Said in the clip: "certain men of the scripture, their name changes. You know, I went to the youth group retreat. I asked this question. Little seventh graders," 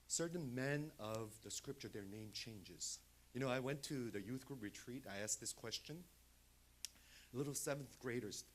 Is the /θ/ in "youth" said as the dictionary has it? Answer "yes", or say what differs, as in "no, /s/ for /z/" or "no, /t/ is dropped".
yes